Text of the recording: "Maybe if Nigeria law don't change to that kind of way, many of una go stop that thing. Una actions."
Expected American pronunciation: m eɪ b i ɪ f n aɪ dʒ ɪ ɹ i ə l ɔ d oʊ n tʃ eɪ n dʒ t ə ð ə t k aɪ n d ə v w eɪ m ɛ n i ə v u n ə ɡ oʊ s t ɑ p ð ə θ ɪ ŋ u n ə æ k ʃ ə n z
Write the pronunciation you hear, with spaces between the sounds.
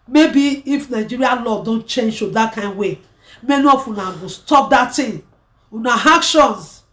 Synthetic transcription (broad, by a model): m eɪ b i ɪ f n aɪ dʒ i ɹ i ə l ɔ d oʊ n tʃ eɪ n dʒ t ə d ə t k aɪ n d w eɪ m ɛ n i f u n ə ɡ oʊ s t ɑ p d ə t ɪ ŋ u n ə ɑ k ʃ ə n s